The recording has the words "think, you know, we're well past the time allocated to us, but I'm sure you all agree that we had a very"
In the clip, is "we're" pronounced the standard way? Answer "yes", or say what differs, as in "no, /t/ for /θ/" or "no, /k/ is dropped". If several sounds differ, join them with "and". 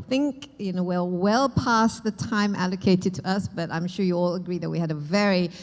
no, /l/ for /ɹ/